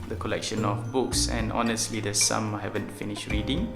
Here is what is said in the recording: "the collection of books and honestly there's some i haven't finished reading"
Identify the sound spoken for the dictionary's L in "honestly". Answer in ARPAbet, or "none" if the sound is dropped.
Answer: L